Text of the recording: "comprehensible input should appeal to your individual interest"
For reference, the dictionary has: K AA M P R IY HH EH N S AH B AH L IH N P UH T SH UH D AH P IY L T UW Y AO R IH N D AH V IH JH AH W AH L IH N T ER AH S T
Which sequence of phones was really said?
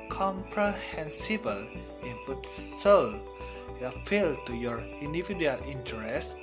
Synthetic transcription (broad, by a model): K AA M P R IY HH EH N S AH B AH L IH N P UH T S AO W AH F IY L T UW Y AO R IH N D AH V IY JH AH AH L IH N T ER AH S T